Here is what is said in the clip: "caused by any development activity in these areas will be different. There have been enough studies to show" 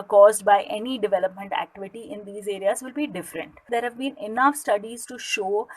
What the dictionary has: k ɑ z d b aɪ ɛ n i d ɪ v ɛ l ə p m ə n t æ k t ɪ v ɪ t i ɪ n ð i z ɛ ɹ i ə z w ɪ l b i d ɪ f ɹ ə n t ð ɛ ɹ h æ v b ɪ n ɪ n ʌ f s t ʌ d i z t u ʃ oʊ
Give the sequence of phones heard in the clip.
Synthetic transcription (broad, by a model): k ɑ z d b aɪ ɛ n i d ɪ v ɛ l ə p m ə n t æ k t ɪ v ɪ t i ɪ n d i z ɛ ɹ i ə z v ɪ l b i d ɪ f ɹ ə n t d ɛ ɹ h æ v b ɪ n ɪ n ʌ f s t ʌ d i z t u ʃ oʊ